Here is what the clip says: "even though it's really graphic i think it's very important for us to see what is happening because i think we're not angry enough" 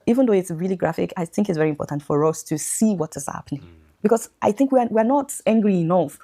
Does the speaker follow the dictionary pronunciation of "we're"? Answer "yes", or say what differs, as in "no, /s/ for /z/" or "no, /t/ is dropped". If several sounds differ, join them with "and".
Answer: no, /w/ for /ɹ/